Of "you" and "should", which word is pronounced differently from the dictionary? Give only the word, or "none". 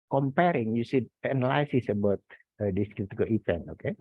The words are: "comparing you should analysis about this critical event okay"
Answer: should